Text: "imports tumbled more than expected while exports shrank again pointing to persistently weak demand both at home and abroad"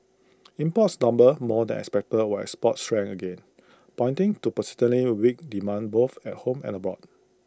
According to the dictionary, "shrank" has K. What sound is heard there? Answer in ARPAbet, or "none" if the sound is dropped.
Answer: none